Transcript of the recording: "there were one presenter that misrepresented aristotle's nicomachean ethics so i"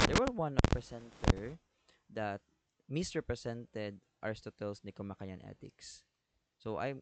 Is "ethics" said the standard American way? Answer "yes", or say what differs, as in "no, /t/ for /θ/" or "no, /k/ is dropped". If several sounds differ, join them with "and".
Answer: no, /t/ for /θ/